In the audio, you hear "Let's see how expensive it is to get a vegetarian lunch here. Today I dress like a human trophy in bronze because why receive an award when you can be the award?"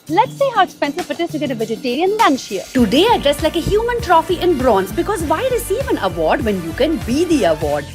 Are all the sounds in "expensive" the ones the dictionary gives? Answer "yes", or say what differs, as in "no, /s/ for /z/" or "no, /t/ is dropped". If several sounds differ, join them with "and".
no, /k/ is dropped and /f/ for /v/